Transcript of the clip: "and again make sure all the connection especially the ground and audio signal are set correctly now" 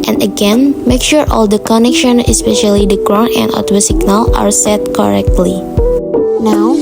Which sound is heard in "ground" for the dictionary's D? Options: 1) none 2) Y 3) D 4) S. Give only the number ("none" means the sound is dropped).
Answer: 1